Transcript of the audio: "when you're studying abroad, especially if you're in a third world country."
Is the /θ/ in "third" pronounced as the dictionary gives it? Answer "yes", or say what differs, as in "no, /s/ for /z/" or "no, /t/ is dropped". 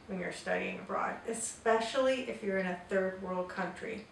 yes